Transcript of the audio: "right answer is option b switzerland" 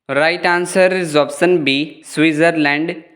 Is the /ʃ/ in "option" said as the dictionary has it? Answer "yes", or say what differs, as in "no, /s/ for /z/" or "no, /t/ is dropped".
no, /s/ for /ʃ/